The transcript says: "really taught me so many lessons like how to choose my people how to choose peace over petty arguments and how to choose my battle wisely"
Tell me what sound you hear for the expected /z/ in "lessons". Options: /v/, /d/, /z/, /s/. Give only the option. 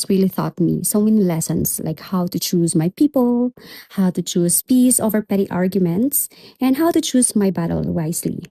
/s/